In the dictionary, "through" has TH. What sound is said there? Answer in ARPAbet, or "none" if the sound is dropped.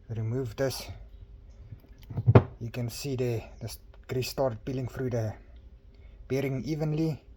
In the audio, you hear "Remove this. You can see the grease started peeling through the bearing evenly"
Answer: F